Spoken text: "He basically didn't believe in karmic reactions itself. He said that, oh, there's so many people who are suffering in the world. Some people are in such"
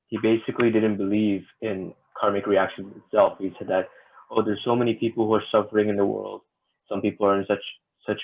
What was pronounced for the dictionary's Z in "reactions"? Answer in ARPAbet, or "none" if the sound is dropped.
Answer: none